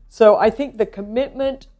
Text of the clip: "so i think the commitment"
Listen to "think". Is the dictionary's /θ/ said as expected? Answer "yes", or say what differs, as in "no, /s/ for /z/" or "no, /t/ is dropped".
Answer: yes